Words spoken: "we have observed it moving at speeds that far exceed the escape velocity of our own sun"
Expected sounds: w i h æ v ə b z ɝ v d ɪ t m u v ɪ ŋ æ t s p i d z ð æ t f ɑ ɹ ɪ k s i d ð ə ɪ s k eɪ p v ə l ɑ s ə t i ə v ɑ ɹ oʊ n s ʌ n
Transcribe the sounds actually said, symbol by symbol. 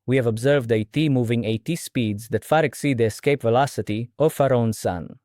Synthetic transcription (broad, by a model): w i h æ v ə b z ɝ v d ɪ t m u v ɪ ŋ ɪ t s p i d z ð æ t f ɑ ɹ ɪ k s i d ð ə ɪ s k eɪ p v ə l ɑ s ə t i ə f ɑ ɹ oʊ n s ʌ n